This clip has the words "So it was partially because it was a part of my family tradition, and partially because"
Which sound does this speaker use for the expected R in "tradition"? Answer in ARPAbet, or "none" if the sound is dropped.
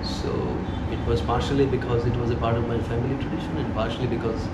R